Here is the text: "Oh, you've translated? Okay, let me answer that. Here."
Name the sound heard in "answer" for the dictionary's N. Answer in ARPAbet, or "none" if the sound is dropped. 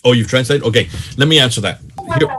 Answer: N